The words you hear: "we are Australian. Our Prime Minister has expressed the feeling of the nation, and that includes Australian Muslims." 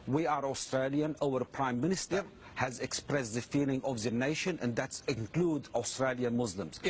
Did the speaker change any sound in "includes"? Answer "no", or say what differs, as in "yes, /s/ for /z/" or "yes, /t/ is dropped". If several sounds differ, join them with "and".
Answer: yes, /z/ is dropped